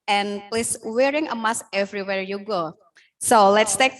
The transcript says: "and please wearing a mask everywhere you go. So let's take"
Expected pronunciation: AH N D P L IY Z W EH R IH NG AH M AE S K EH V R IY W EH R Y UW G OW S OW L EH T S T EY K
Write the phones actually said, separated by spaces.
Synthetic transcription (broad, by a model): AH N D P L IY S W EH R IH NG AH M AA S EH V R IY W EH R Y UW G OW S OW L EH T S T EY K